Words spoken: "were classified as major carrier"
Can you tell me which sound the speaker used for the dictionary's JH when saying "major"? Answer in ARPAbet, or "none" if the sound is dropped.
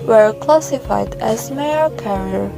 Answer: none